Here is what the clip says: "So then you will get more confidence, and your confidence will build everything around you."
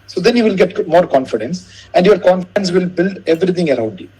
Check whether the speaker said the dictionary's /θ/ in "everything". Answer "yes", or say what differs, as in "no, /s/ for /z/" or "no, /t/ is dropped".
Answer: no, /t/ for /θ/